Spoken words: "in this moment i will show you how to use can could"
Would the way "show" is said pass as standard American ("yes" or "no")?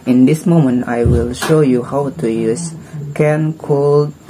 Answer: yes